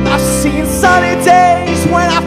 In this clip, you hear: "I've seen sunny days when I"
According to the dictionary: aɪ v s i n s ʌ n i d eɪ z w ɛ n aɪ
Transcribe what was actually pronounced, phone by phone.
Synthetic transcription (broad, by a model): aɪ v s i n s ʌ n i d eɪ z w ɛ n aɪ